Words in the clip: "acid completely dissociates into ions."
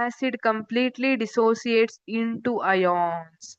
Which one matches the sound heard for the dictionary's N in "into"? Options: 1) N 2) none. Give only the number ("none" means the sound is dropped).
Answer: 1